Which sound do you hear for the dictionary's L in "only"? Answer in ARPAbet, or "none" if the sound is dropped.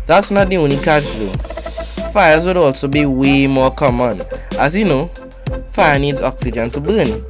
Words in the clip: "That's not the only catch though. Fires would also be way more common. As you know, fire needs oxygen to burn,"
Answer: none